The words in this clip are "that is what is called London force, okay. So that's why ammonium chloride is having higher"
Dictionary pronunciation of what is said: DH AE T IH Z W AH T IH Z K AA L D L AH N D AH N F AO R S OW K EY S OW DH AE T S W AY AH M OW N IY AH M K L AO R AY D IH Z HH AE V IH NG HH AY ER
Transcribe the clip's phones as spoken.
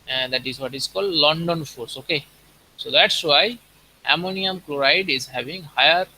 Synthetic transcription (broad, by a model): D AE T IH Z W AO T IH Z K AA L D L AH N D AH N F AO R S OW K EY S OW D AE T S W AY AH M OW N IY AH M K L AO R AY D IH Z HH AE V IH NG HH AY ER